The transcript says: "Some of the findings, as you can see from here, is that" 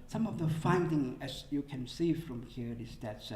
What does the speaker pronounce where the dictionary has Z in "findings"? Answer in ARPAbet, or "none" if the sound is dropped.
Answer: none